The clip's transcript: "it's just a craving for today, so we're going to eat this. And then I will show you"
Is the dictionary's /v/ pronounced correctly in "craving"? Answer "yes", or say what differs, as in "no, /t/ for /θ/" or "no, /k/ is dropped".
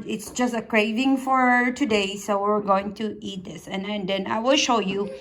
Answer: yes